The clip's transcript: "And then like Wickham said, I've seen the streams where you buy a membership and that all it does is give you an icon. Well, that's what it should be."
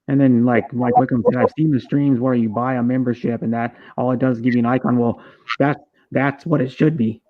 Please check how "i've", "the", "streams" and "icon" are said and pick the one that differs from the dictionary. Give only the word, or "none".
none